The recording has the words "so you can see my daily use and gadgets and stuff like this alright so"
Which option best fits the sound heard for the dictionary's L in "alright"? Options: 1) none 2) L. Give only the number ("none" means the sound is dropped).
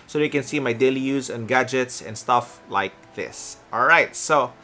2